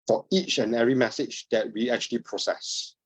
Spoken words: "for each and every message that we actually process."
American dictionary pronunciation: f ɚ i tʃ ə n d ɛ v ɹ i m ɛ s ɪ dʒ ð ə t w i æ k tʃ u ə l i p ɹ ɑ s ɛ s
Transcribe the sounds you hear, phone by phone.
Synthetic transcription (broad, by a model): f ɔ i tʃ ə n ɛ ɹ i m ɛ s ɪ dʒ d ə t w i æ k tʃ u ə l i p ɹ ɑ s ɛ s